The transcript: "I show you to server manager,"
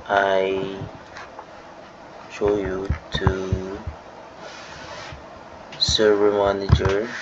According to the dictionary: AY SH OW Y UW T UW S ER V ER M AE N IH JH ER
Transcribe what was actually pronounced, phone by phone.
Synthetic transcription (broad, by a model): AY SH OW Y UW T UW S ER ER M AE N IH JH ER